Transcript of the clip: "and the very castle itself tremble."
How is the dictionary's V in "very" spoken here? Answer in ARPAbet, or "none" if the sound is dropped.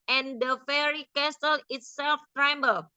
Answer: F